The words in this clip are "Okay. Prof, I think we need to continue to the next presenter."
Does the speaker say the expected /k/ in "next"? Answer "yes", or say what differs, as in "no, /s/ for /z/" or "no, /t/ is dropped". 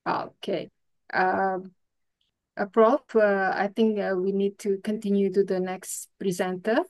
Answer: yes